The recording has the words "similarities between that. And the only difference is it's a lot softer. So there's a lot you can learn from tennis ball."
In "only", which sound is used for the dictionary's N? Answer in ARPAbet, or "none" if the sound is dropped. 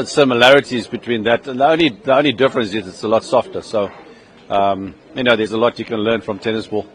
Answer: N